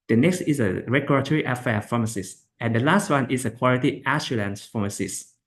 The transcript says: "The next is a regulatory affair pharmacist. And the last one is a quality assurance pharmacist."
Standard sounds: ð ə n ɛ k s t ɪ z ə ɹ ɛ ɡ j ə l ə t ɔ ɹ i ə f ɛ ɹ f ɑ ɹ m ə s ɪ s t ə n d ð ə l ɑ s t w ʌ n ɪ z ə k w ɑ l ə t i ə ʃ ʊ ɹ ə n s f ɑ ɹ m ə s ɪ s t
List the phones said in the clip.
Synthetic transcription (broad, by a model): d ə n ɛ k s t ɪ s ə ɹ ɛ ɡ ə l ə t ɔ ɹ i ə f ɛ f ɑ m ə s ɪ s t ə n d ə l ɑ s t w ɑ n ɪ s ə k w ɑ l ə t i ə s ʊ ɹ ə n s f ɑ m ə s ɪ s